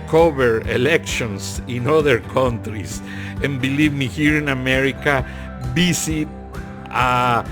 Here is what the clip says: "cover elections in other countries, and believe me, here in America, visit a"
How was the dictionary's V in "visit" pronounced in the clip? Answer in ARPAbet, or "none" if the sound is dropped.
B